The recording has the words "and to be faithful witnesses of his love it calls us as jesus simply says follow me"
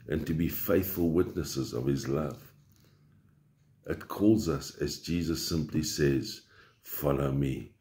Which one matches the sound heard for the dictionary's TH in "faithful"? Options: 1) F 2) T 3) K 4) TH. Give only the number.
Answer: 4